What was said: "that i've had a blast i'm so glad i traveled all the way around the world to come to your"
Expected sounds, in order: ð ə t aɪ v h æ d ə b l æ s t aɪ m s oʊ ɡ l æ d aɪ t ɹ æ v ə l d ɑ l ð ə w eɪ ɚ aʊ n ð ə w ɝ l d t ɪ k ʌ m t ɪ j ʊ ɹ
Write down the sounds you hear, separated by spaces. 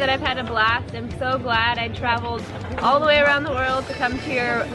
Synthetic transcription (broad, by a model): ð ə t aɪ v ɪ d ə b l æ s t aɪ m s oʊ ɡ l æ d aɪ t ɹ æ v l d ɑ l ð ə w eɪ ɚ aʊ n ð ə w ɝ l d t ɪ k ʌ m t ɪ j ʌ ɹ